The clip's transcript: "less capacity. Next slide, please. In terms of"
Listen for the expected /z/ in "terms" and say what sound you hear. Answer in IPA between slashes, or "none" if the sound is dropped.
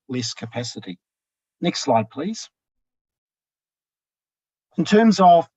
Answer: /z/